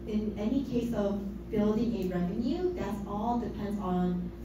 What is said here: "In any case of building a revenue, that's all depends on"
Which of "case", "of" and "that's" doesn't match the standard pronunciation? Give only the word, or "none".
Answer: none